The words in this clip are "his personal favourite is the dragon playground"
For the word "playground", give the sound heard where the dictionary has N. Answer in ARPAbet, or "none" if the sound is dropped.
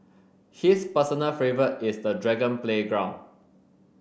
N